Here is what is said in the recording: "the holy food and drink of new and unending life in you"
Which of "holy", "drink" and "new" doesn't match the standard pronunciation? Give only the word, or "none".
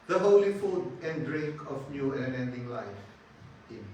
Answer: drink